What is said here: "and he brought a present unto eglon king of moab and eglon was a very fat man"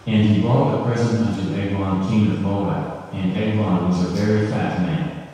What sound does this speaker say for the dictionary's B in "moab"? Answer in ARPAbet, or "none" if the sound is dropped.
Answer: none